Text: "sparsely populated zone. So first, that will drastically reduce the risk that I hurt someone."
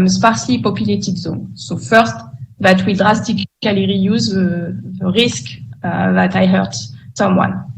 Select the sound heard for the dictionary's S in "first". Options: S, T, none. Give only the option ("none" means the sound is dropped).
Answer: S